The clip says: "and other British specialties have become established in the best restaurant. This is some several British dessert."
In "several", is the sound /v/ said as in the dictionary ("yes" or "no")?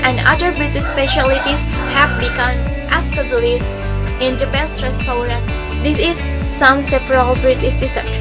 no